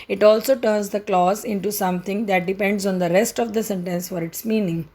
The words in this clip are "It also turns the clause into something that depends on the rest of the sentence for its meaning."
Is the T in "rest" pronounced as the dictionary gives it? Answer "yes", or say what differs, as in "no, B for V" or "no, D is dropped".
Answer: yes